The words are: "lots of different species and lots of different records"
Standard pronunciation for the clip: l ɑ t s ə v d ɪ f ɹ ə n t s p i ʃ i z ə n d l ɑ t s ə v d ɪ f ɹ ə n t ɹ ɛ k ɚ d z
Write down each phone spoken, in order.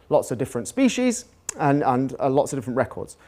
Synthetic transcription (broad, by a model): l ɑ t s ə v d ɪ f ɹ ə n t s p i ʃ i z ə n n l ɑ t s ə v d ɪ f ɹ ə n t ɹ ɛ k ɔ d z